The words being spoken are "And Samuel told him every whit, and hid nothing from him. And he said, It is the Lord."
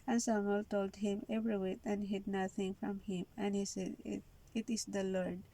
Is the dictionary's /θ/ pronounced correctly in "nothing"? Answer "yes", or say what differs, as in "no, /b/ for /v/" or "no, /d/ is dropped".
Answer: no, /t/ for /θ/